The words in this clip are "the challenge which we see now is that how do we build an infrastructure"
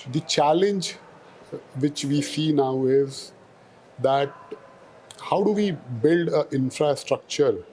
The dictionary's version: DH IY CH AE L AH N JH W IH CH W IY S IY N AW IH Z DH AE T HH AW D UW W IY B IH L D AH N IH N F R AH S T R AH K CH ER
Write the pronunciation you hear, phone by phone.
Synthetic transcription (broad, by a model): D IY CH AE L AH N JH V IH CH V IY S IY N AW IH Z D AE T HH AW D UW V IY B IH L D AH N IH N F R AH S T R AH K CH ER